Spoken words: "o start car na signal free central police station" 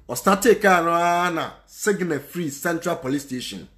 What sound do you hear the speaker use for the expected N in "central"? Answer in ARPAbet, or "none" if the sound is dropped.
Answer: N